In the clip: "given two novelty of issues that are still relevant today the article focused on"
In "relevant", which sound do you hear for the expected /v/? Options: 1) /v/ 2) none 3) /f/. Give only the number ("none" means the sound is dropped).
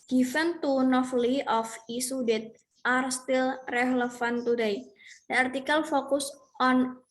3